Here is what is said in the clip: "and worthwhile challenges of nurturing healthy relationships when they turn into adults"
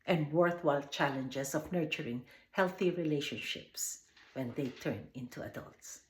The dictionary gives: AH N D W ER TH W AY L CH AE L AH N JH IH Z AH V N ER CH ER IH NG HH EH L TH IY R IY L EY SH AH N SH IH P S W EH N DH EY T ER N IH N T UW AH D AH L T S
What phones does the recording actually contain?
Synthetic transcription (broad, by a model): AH N D W ER TH W AY L CH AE L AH N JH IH S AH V N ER CH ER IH NG HH EH L TH IY R IY L EY SH AH N SH IH P S W EH N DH EY T ER N IH N T UW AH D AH L T S